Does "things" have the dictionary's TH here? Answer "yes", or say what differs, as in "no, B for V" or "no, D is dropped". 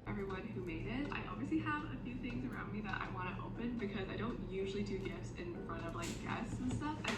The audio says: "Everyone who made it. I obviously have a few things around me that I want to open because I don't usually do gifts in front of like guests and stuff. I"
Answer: yes